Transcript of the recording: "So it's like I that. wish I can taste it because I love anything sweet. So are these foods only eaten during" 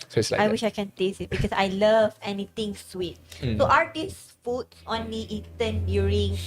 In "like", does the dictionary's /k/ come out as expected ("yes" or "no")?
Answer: no